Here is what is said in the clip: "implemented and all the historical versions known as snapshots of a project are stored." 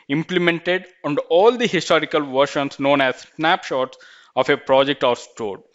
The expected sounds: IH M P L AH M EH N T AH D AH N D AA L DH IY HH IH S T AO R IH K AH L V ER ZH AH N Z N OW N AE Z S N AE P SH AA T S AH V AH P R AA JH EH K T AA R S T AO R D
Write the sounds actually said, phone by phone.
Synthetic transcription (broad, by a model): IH M P L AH M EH N T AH D AH N D AA L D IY HH IH S T AO R IH K AH L V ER SH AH N S N OW N AE Z S N AE P SH AA T S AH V AH P R AA JH EH K T AA R S T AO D